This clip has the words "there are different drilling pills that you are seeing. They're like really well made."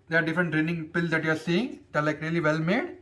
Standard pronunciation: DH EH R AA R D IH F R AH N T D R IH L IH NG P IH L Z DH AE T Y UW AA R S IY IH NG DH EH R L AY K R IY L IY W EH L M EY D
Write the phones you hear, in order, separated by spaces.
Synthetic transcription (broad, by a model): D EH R AA R D IH F R AH N T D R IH N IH NG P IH L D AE T Y UW AA R S IY IH NG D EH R L AY K R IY L IY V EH L M EY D